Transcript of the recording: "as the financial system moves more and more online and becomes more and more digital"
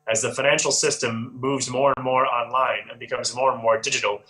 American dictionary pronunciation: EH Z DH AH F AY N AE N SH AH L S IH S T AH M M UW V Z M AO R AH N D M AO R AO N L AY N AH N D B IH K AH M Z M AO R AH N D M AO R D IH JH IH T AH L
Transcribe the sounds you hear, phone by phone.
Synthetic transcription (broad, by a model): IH Z DH AH F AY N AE N SH L S IH S T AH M M UW V Z M AO R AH N M AO R AO N L AY N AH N B IH K AH M Z M AO R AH N M AO R D IH JH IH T L